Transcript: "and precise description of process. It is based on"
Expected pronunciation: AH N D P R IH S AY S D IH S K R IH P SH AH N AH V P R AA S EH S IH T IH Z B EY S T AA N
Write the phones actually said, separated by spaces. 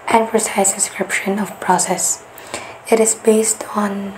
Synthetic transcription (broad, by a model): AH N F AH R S AY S D IH S K R IH P SH AH N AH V P R AA S EH S IH T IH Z B EY S T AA N